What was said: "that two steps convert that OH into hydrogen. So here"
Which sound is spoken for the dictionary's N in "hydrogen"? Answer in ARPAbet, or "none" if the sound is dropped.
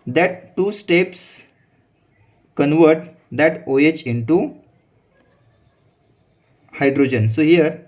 N